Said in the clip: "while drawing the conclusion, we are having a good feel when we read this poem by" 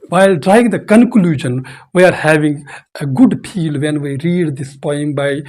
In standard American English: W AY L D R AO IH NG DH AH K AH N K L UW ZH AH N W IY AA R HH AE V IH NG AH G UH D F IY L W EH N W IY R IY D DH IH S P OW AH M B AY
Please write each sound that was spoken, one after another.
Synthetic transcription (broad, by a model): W AY L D R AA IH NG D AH K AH N K L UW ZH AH N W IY AA R HH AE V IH NG AH G UH D P IY L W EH N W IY R IY D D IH S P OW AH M B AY